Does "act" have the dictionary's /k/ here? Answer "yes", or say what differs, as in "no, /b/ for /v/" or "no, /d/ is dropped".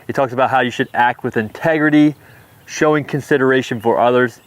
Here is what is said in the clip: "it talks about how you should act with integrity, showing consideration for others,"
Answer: yes